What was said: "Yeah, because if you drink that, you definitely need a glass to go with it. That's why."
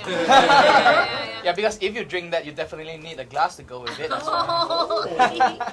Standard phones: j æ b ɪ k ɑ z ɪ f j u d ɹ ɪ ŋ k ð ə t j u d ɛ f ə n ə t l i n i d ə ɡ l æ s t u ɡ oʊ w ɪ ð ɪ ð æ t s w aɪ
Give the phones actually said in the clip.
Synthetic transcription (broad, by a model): j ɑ b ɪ k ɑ s ɪ f j u d ɹ ɪ ŋ k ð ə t j u d ɛ f ə n ə t l i n i d ə ɡ l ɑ s t u ɡ oʊ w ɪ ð ɪ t